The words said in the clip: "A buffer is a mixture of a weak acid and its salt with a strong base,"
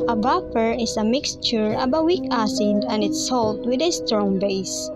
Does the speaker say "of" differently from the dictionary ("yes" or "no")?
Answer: yes